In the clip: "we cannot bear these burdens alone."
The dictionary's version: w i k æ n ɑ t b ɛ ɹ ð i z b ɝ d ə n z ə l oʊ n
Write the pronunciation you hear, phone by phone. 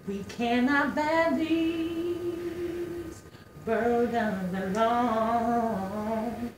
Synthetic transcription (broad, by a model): w i k æ n ɑ t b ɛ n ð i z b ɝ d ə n ə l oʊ